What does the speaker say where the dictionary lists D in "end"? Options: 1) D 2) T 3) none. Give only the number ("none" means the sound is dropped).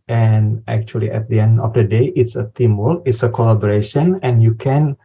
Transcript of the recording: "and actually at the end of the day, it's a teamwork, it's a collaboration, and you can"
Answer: 1